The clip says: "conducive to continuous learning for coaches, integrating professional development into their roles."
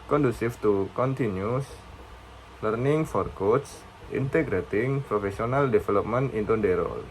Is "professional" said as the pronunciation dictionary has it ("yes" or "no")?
no